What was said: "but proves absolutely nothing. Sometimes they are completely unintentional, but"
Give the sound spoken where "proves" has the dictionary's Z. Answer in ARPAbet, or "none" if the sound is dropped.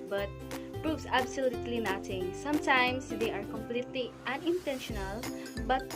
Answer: S